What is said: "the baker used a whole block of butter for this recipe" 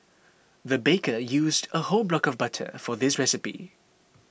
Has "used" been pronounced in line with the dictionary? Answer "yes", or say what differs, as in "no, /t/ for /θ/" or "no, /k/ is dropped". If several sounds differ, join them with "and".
yes